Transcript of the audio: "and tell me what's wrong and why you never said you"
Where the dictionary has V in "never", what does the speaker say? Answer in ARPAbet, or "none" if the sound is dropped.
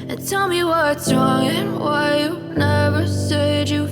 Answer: V